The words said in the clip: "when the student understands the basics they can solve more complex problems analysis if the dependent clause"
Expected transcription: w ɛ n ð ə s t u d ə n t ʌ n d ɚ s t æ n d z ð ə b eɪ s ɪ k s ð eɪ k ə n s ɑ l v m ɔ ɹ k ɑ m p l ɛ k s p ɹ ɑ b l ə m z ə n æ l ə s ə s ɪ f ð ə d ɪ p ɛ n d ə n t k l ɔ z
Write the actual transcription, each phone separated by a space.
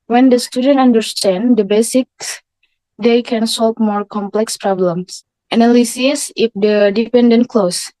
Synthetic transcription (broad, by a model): w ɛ n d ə s t u d ə n t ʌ n d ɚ s t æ n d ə b eɪ s ɪ k s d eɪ k ə n s ɑ l v m ɔ ɹ k ɑ m p l ɛ k s p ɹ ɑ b l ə m s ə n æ l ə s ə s ɪ f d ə d ɪ p ɛ n d ə n t k l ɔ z